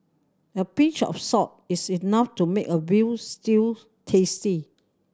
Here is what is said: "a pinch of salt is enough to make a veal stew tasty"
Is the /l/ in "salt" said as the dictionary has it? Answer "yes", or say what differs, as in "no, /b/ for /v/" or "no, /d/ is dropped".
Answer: no, /l/ is dropped